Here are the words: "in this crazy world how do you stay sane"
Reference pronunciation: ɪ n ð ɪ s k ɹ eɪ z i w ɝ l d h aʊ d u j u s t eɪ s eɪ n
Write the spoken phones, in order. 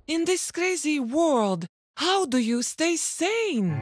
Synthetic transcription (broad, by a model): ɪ n ð ɪ s k ɹ eɪ z i w ɝ l d h aʊ d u j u s t eɪ s eɪ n